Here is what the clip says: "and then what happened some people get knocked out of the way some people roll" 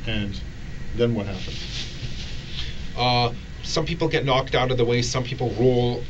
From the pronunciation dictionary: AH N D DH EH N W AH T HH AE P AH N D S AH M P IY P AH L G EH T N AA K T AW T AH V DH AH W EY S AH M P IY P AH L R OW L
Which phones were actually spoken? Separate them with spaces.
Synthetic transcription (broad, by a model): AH N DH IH N W AH T HH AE P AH N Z S AH M P IY P L G EH T N AA K T AW T AH V DH AH W EY S AH M P IY P L R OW L